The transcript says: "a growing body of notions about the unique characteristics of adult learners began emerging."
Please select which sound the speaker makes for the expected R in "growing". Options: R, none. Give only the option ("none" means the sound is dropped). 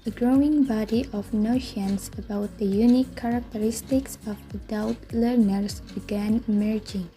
R